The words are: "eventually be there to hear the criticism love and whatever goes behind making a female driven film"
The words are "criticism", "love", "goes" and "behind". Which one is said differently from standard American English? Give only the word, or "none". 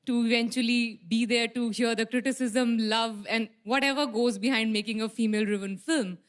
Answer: none